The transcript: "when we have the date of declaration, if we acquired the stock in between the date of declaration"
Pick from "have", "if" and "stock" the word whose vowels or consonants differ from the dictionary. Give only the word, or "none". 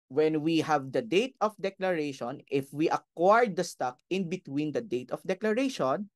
none